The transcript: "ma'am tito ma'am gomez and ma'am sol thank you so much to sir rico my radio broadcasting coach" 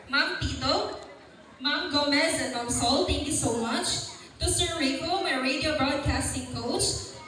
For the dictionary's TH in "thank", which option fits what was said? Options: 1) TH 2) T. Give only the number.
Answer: 2